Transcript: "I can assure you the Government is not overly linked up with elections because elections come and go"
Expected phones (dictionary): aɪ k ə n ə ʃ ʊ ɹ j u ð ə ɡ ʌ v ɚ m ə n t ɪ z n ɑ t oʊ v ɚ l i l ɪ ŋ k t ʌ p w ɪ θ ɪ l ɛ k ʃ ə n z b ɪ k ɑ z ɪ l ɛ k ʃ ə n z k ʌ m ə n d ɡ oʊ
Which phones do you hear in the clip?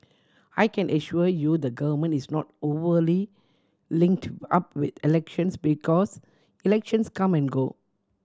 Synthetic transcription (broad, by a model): aɪ k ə n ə ʃ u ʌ j u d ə ɡ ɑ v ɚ m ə n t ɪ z n ɑ t oʊ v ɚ l i l ɪ ŋ k t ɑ p w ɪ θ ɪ l ɛ k ʃ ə n s b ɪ k ɑ s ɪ l ɛ k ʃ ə n s k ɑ m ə n ɡ oʊ